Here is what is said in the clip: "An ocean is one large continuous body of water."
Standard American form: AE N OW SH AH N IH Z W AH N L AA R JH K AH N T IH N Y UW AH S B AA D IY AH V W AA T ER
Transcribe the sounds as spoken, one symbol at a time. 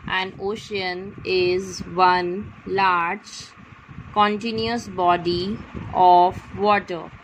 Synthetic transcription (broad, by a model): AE N OW SH AH N IH Z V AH N L AA R JH K AH N T IH N Y UW AH S B AA D IY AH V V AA T ER